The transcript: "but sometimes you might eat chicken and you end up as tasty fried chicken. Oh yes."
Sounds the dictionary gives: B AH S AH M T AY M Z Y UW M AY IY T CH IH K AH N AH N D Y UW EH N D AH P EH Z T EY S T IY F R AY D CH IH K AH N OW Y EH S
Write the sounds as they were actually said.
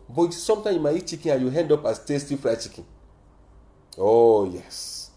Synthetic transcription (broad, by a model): B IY S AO M T AY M Y UW M AY IY T CH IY K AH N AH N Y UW EH N D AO P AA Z T EY S T IY F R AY CH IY K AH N OW Y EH S